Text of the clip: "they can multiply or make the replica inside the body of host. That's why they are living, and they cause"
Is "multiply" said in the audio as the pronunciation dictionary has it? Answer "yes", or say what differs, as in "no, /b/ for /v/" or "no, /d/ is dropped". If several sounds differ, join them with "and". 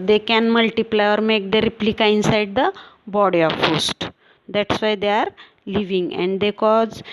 yes